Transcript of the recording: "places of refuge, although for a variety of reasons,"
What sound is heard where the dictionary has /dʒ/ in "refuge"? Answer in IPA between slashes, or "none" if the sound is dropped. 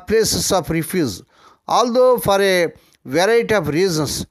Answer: /z/